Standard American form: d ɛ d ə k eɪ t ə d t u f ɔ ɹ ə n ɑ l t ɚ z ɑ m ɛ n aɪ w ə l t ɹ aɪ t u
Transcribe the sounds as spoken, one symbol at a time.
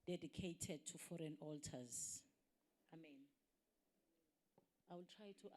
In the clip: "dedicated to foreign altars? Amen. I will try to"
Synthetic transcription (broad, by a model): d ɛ d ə k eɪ t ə d t u f ɔ ɹ ə n ɑ l t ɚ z ɑ m ɛ n aɪ w ə l t ɹ aɪ t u